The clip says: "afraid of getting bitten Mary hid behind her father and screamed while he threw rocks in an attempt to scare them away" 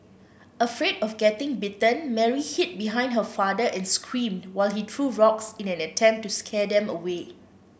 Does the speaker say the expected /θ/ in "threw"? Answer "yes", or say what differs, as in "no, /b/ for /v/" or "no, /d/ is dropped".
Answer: no, /t/ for /θ/